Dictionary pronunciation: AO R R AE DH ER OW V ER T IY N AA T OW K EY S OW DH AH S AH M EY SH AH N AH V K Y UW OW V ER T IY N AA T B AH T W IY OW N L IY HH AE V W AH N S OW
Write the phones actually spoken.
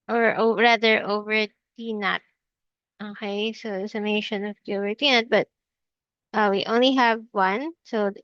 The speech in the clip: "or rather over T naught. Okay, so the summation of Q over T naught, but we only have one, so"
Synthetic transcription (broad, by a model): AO R R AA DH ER OW V ER T IY N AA T OW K EY S OW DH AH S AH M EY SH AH N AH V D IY OW V ER T IY N AA T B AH T W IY OW N L IY HH AE V W AH N S OW